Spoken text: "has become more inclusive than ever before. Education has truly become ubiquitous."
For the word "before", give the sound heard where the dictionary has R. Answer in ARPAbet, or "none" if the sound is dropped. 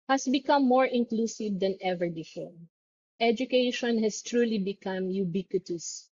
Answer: L